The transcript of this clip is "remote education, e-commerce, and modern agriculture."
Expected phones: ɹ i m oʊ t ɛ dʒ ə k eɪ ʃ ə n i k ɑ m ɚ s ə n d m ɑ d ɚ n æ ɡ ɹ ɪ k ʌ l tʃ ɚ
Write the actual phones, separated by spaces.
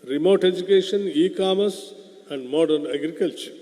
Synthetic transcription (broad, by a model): ɹ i m oʊ t ɛ dʒ ə k eɪ ʃ ə n i k ɑ m ɚ s ə n d m ɑ d ɚ n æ ɡ ɹ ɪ k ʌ l tʃ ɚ